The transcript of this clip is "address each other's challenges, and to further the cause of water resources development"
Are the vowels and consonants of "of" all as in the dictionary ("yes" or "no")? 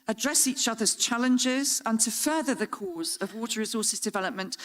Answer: yes